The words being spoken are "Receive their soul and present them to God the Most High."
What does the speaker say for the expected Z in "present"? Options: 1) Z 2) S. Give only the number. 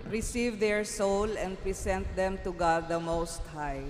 2